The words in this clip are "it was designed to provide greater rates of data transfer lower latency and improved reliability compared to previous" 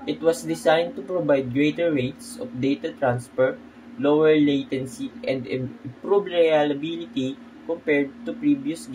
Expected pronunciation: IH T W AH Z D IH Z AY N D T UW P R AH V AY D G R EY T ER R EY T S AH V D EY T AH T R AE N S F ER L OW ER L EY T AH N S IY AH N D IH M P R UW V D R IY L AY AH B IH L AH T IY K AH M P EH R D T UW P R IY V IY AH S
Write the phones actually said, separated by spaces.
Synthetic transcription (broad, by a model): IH T W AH S D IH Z AY N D T UW P R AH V AY D G R EY T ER R EY T S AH F D EY T AH T R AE N S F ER L OW ER L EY T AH N S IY AH N D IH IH P R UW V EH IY L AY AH B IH L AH T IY K AH M P EH R D T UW P R IY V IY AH S